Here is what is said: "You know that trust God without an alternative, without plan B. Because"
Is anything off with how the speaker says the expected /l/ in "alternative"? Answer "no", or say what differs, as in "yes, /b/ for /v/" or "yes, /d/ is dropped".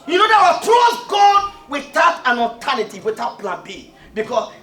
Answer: yes, /l/ is dropped